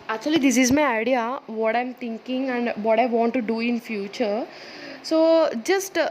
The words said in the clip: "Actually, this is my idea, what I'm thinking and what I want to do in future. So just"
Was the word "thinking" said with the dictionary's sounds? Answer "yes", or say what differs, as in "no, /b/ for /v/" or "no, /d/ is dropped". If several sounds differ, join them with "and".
no, /t/ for /θ/